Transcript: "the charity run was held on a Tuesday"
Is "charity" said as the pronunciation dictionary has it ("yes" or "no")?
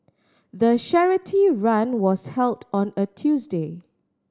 no